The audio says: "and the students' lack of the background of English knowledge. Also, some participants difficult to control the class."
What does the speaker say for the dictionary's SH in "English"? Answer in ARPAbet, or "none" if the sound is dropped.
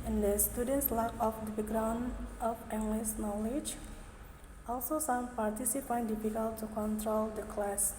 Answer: S